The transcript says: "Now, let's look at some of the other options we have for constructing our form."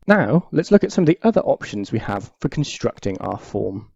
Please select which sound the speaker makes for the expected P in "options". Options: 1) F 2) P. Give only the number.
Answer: 2